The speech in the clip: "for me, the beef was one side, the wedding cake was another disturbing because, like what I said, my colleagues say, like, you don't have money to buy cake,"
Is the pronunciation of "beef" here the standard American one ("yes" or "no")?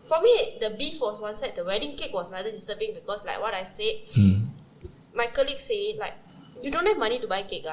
yes